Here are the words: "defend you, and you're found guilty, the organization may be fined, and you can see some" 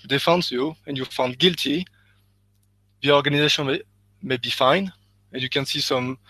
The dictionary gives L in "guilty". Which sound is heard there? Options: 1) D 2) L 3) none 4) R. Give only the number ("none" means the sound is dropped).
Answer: 2